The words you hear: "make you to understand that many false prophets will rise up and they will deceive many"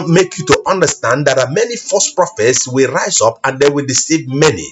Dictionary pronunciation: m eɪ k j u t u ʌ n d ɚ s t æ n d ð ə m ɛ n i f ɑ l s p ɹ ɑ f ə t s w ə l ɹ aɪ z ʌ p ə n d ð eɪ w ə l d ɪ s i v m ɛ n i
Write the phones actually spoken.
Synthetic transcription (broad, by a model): m eɪ k j u t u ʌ n d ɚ s t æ n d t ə m ɛ n i f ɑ s p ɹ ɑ f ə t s w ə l ɹ aɪ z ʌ p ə n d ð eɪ w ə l d ɪ s i v m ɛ n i